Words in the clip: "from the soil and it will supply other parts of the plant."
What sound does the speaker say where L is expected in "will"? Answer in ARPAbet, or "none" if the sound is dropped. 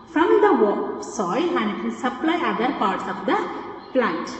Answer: N